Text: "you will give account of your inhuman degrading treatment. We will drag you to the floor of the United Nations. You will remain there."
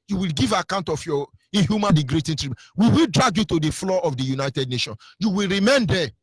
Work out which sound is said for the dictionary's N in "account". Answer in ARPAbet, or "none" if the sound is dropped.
N